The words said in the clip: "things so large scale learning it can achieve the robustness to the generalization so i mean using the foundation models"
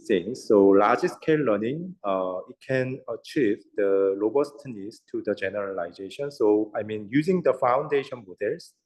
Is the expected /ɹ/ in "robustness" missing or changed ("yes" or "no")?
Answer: yes